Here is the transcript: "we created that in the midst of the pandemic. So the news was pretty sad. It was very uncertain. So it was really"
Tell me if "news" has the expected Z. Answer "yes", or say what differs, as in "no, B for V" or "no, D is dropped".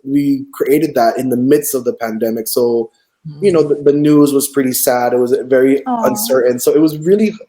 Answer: yes